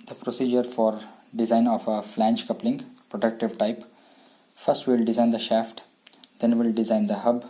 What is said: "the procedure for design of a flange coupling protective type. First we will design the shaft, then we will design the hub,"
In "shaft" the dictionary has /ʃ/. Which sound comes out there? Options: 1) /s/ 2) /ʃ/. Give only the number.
2